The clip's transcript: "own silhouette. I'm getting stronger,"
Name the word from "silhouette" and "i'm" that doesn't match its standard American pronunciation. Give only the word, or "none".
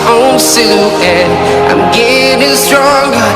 silhouette